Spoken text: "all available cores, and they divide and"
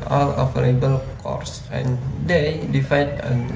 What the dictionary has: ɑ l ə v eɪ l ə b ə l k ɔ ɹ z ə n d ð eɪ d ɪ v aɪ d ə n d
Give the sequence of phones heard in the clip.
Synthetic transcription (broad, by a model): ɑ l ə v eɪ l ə b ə l k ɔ ɹ s ə n d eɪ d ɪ f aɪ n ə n